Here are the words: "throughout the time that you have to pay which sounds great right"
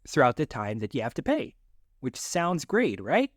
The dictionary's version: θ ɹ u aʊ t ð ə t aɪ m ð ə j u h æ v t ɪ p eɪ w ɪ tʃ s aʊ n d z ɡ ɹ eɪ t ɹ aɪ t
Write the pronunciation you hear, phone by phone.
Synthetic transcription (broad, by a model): θ ɹ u aʊ t ð ə t aɪ m ð ə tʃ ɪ h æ f t ɪ p eɪ w ɪ tʃ s aʊ n d z ɡ ɹ eɪ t ɹ aɪ t